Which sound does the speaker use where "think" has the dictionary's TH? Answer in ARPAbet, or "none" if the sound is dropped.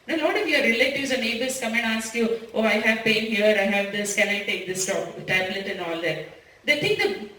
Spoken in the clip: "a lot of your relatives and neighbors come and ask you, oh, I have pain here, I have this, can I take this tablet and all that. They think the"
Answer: T